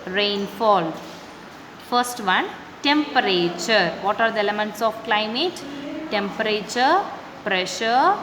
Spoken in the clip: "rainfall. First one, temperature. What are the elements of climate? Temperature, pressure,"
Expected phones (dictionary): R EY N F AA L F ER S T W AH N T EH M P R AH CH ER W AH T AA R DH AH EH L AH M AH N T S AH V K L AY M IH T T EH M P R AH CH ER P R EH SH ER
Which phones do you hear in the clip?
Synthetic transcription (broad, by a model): R EY N F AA L F ER S T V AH N T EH M P R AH CH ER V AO T AA R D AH EH L AH M AH N T S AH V K L AY M IH T T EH M P R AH CH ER P R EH SH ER